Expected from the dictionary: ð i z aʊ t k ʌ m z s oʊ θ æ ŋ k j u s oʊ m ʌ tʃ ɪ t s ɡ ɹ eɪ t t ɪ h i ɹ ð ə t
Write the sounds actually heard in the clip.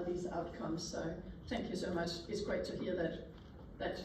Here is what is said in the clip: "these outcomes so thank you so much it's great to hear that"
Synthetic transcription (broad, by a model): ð i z aʊ t k ʌ m z s oʊ θ æ ŋ k j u s oʊ m ʌ tʃ ɪ t s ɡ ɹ eɪ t t ɪ h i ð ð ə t